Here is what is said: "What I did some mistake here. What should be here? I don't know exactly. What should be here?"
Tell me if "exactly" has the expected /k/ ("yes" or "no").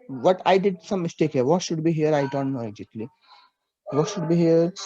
no